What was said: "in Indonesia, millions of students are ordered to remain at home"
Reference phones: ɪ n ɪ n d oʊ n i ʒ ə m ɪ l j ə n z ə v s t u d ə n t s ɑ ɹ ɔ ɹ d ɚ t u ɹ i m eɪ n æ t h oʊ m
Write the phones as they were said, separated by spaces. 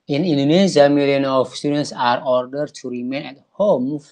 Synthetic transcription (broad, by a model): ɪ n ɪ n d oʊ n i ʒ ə m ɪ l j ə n ə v s t u d ə n t s ɑ ɹ ɔ ɹ d ɚ t u ɹ i m eɪ n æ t h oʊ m